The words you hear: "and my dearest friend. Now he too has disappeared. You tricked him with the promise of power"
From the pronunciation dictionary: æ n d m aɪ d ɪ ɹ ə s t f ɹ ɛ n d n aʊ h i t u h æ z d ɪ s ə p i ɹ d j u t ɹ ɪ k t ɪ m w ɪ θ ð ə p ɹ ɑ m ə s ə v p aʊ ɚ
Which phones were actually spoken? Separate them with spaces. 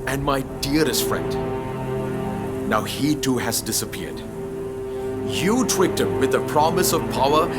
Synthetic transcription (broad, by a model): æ n d m aɪ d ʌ ɹ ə s t f ɹ ɛ n d n aʊ h i t u h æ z d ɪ s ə p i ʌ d j u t w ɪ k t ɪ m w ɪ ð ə p ɹ ɑ m ə s ə v p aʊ ɚ